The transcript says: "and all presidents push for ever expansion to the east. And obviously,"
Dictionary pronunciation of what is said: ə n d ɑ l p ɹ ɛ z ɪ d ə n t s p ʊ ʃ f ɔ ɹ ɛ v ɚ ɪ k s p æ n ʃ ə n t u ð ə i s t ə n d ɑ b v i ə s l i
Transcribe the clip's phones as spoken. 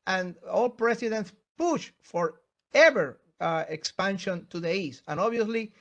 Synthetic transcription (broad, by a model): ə n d ɑ l p ɹ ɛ s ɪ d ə n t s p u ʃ f ɔ ɹ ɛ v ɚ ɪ k s p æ n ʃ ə n t u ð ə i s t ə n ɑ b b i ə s l i